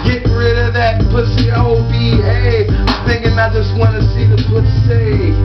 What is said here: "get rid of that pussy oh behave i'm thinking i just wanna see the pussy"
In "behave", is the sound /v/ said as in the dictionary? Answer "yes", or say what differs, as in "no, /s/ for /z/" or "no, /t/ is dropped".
no, /v/ is dropped